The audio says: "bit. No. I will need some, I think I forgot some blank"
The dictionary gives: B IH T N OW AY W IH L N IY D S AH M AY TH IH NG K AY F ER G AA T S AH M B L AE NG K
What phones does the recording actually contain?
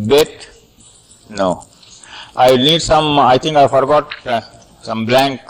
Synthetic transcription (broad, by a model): B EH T N OW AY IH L N IY D S AH M AY T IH NG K AY F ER G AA T S AH M B L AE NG K